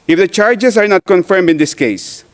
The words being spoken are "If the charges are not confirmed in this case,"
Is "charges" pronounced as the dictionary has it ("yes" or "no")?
no